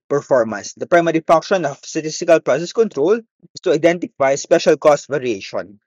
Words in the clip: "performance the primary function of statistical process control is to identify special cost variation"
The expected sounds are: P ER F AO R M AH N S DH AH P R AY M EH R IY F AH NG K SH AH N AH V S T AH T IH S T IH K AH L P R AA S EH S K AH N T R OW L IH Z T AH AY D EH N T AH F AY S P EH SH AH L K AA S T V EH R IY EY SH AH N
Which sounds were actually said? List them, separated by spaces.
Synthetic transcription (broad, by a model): P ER F AO R M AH N S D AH P R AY M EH R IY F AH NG K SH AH N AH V S T AH T IH S T IH K AH L P R AA S EH S K AH N T R OW L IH S T AH AY D EH N T AH F AY S P EH SH AH L K AA S T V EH R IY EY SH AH N